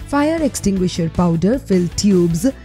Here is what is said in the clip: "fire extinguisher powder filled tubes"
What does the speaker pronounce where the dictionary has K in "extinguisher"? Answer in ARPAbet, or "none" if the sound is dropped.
K